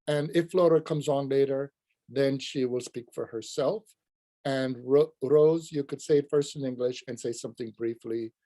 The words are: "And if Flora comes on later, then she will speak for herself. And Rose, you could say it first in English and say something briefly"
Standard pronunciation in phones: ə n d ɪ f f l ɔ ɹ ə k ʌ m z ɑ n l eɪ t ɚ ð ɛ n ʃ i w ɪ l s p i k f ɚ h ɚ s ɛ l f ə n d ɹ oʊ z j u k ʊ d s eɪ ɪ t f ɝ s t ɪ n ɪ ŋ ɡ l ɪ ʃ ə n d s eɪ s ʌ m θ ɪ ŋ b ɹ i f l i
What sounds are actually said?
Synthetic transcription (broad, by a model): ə n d ɪ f f l ɔ ɹ ə k ʌ m z n l eɪ t ɚ ð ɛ n ʃ i w ɪ l s p i k f ɚ h ɚ s ɛ l f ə n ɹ ɹ oʊ z j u k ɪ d s eɪ ɪ t f ɝ s t ɪ n ɪ ŋ ɡ l ɪ ʃ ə n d s eɪ s ʌ m θ ɪ ŋ b ɹ i f l i